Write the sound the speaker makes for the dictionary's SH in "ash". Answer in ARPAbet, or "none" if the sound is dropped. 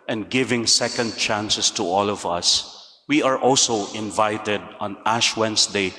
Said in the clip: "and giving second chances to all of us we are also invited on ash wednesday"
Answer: SH